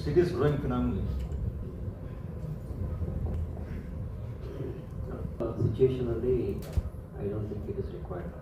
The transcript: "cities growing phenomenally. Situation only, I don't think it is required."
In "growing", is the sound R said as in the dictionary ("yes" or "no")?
yes